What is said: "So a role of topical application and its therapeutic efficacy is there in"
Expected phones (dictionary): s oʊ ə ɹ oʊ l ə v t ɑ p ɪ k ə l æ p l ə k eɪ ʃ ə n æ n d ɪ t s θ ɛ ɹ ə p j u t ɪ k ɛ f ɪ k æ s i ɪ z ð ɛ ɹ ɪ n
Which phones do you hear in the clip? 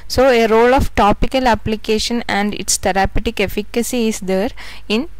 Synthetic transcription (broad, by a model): s oʊ ə ɹ oʊ l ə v t ɑ p ɪ k ə l æ p l ə k eɪ ʃ ə n æ n d ɪ t s t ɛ ɹ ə p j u t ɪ k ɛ f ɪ k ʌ s i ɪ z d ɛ ɹ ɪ n